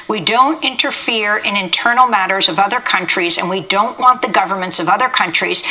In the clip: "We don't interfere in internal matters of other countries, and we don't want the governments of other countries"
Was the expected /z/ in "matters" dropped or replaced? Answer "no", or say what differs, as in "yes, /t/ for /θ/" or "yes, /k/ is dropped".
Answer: no